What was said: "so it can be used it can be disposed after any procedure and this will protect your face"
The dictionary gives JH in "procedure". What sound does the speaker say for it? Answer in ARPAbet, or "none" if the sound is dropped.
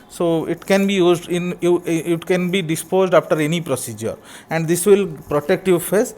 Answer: JH